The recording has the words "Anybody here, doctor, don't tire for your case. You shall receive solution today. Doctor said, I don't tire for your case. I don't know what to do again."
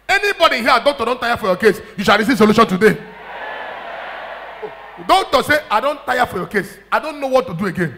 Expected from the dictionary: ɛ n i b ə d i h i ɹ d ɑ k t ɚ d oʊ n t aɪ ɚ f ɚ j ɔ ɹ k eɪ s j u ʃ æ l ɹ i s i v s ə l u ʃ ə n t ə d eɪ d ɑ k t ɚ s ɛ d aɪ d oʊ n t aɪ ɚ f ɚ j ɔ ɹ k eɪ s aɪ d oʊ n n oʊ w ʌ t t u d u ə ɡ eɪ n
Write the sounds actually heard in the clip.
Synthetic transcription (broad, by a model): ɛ n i b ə d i h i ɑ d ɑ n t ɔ d oʊ n t aɪ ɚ f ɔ j ɔ k eɪ s j u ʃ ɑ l ɹ i s i v s ə l u ʃ ə n t ə d eɪ d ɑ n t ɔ s ɛ aɪ d oʊ n t aɪ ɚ f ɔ j ɔ k eɪ s aɪ d oʊ n n oʊ w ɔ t t u d u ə ɡ eɪ n